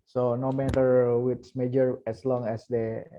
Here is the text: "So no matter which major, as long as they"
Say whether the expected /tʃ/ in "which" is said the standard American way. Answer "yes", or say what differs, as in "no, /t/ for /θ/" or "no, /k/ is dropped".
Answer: no, /s/ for /tʃ/